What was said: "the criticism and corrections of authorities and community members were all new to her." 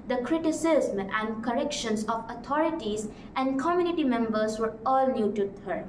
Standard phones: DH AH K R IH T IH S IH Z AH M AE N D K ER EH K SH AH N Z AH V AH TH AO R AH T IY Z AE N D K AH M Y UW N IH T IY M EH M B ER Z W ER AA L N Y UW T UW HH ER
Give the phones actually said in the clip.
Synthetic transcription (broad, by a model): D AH K R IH T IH S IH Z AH AE N D K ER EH K SH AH N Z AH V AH T AO R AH T IY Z AE N D K AH M Y UW N IH T IY M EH M B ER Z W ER AA L N Y UW T UW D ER